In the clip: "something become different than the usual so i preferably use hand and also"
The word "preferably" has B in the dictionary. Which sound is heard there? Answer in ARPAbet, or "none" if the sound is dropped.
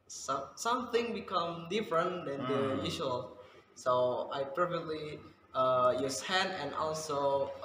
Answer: none